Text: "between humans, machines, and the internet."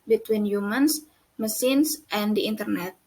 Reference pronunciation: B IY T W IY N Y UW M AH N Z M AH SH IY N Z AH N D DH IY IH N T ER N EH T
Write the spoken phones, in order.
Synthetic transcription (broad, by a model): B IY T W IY N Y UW M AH N S M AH S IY N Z AH N D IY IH N T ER N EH T